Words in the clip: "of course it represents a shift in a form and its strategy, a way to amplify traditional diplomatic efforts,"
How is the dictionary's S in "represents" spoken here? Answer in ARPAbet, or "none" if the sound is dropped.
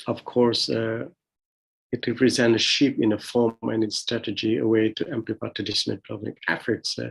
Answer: none